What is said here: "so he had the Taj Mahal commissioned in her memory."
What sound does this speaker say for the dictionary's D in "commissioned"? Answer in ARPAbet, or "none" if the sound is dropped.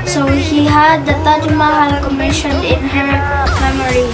none